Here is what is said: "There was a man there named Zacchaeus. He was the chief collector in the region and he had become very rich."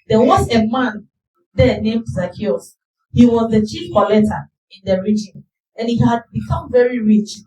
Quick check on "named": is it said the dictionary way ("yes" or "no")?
yes